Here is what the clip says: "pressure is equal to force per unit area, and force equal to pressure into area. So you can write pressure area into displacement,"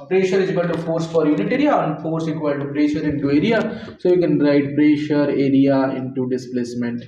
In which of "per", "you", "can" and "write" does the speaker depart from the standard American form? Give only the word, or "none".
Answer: per